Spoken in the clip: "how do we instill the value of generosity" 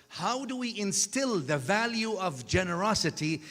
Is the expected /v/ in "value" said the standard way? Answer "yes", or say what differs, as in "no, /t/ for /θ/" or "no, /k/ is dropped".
yes